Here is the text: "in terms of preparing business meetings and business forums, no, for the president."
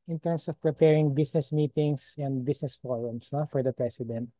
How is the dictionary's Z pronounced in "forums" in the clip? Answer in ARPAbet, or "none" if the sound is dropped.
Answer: S